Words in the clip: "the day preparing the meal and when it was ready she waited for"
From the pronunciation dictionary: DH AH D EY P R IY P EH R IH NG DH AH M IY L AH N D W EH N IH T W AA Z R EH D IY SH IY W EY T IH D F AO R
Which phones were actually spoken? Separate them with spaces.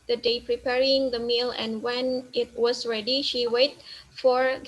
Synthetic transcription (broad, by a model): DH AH D EY P R IY P EH R IH NG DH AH M IY L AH N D W EH N IH T W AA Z R EH D IY SH IY W EY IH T F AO R